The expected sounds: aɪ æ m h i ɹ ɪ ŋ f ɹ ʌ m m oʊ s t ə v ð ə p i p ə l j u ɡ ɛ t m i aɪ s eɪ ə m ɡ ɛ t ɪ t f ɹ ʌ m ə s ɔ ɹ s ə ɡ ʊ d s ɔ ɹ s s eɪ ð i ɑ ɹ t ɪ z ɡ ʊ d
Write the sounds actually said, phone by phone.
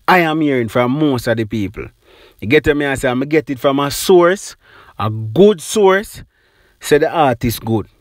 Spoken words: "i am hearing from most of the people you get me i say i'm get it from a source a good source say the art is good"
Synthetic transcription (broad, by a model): aɪ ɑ m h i ɹ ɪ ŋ f ɹ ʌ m m oʊ s t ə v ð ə p i p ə l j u ɡ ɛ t m i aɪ s eɪ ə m ɡ ɛ t ɪ t f ɹ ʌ m ə s ɔ ɹ s ə ɡ ʊ d s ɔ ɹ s s eɪ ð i ɑ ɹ t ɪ s ɡ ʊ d